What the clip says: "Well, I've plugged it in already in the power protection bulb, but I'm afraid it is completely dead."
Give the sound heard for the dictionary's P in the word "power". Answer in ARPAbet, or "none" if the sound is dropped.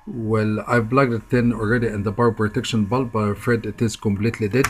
B